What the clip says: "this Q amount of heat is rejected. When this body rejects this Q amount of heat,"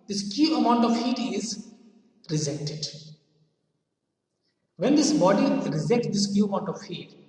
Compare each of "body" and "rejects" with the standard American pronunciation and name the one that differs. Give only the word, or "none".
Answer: rejects